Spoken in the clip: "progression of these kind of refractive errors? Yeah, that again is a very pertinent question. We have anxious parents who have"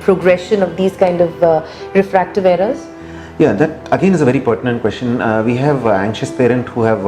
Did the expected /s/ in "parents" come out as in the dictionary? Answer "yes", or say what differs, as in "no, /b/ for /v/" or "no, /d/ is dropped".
no, /s/ is dropped